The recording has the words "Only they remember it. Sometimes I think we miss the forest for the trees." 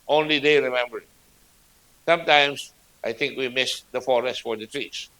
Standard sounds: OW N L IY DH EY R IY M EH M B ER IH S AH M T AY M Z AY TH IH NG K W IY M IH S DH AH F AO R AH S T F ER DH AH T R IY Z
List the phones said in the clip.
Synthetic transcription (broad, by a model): OW N L IY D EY R IY M EH M B ER IH S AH M T AY M S AY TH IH NG K W IY M IH S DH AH F AO R AH S T F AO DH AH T R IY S